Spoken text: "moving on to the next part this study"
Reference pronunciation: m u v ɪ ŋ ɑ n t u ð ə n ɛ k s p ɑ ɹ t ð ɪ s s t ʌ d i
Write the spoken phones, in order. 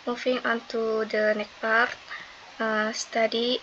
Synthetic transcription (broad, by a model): m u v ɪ ŋ ɑ n t u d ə n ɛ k p ɑ ɹ t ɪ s s t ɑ d i